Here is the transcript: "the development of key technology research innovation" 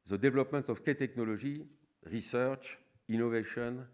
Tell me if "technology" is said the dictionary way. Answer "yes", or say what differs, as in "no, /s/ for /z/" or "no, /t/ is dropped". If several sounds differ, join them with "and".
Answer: no, /ʒ/ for /dʒ/